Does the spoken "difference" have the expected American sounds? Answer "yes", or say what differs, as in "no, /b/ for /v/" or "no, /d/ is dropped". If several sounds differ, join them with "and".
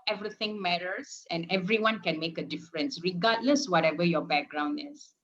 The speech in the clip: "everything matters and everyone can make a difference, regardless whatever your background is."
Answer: yes